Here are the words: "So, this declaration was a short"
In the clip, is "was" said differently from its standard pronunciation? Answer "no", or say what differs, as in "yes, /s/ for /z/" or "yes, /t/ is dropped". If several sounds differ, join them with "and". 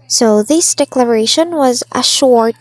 no